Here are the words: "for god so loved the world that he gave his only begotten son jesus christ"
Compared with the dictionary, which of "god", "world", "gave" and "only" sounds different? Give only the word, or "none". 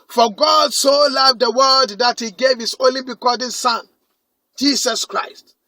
world